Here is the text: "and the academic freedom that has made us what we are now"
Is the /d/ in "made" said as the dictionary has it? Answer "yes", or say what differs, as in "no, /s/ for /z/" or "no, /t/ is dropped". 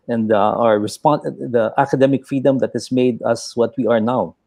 yes